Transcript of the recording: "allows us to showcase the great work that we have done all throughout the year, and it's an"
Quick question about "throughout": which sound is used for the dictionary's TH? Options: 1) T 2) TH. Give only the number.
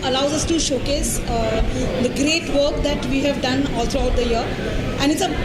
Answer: 1